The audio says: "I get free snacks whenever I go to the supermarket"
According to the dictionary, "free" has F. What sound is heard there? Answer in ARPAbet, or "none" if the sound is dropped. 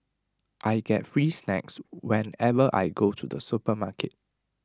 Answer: F